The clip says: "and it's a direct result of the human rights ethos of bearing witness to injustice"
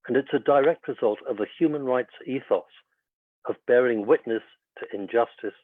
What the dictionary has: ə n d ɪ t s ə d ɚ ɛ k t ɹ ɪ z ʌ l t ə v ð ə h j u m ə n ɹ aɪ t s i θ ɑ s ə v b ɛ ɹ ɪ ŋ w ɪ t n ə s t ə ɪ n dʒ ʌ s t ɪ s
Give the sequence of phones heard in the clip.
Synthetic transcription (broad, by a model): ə n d ɪ t s ə d ɚ ɛ k t ɹ ɪ z ʌ l t ə v ð ə h j u m ə n ɹ aɪ t s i θ ɑ s ə v b ɛ ɹ ɪ ŋ w ɪ t n ə s t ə ɪ n dʒ ʌ s t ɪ s